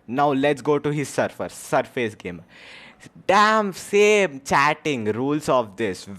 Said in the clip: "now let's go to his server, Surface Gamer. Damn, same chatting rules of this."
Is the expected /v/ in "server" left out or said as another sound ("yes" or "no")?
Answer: yes